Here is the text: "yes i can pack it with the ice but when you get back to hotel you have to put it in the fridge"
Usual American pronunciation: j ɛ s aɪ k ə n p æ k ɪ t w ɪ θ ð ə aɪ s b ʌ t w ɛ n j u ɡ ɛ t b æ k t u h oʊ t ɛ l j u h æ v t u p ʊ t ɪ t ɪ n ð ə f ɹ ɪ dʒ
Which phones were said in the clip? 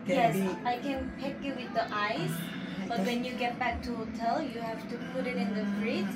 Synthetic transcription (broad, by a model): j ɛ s aɪ k ə n p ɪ k ɪ t w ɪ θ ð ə aɪ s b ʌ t w ɛ n j u ɡ ɛ t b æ k t u h oʊ t ɛ l j u h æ f t u p ʊ t ɪ t ɪ n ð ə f ɹ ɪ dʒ